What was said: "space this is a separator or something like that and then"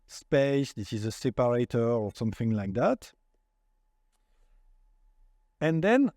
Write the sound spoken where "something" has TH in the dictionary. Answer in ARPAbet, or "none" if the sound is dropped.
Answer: TH